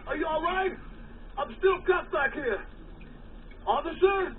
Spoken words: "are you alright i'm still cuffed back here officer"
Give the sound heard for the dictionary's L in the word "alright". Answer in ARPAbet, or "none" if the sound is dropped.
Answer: L